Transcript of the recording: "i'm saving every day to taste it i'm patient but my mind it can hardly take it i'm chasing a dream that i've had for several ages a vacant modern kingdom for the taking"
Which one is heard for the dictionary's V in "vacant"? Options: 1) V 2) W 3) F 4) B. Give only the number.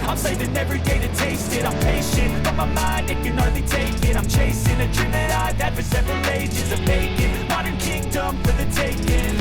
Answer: 4